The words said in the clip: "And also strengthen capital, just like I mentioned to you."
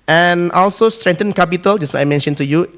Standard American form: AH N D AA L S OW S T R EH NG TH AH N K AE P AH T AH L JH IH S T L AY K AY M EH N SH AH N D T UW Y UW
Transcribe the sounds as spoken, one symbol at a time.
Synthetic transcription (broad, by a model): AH N AA L S OW S T R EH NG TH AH N K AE P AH T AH L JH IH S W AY AY M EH N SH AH N T UW Y UW